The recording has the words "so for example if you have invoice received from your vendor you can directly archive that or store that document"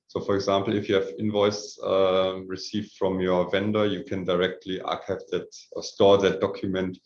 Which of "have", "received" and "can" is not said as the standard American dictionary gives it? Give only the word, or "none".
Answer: none